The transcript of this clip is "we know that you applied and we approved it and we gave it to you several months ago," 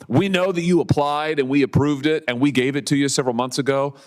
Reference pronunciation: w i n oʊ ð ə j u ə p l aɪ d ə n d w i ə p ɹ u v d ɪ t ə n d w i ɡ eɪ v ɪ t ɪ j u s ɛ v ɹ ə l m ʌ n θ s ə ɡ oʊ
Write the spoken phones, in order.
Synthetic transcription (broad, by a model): w i n oʊ ð ə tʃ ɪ ə p l aɪ d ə n w i ə p ɹ u v d ɪ t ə n w i ɡ eɪ v ɪ t ɪ j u s ɛ v ɹ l m ʌ n θ s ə ɡ oʊ